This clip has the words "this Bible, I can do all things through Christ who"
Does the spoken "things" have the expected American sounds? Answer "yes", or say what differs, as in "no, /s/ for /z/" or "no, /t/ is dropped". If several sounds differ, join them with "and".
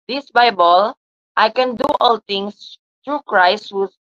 no, /t/ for /θ/